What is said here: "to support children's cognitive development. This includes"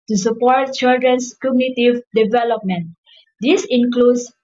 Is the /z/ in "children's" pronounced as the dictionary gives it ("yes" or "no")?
no